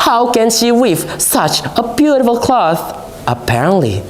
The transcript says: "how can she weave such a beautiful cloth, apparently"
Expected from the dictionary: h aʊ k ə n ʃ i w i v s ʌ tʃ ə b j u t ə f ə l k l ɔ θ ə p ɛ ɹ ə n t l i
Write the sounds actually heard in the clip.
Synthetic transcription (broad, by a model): h aʊ k ə n ʃ i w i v s ʌ tʃ ə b j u t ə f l k l ɔ θ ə p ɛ ɹ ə n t l i